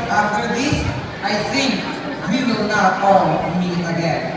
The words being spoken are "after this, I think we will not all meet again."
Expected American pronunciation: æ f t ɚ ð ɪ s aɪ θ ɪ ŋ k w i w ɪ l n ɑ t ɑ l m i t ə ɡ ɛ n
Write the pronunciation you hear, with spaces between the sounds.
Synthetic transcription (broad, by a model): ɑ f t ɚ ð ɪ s aɪ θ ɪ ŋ k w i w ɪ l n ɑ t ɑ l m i ə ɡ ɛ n